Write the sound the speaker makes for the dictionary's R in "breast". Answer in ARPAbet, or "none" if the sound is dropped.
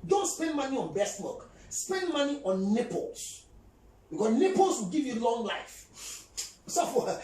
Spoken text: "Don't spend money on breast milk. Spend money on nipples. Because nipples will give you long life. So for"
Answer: none